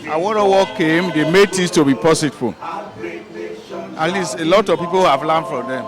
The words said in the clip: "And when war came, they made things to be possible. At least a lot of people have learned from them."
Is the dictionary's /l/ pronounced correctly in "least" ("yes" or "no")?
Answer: yes